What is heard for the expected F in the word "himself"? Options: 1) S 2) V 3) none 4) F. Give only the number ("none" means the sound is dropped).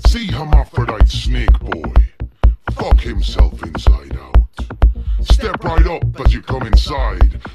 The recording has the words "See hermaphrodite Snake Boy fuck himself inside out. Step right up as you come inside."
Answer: 4